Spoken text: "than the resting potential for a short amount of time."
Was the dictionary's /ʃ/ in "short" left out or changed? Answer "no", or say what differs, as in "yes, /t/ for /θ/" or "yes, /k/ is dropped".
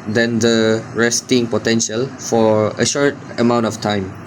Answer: no